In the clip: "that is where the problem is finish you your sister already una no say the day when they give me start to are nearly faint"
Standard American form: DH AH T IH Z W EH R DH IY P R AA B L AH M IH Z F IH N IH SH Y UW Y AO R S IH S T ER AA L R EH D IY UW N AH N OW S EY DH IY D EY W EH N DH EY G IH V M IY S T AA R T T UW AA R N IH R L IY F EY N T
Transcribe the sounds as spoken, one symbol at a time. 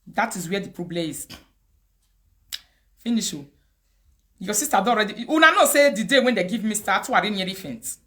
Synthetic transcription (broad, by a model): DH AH T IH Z W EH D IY P R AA B L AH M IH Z F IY N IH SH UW Y AO S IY S T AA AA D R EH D IY UW N AH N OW S EY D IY D EY W EH N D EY G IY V M IY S T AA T T UW AA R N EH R IY F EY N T